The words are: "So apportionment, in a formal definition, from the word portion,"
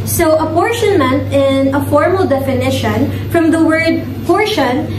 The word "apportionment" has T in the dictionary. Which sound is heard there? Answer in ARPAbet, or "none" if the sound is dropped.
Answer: T